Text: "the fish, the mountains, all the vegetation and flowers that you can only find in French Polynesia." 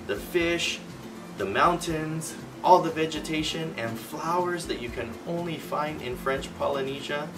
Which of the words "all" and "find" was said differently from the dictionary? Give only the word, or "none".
none